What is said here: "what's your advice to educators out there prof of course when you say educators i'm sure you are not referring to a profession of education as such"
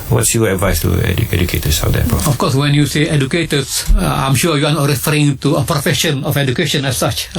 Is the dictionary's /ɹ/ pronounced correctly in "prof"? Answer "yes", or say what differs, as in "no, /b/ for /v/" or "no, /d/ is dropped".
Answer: no, /ɹ/ is dropped